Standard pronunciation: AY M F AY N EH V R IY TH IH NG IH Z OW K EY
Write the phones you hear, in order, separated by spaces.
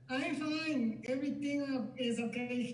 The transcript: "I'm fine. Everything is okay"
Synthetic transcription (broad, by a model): AY F AY N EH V R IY T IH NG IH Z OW K EY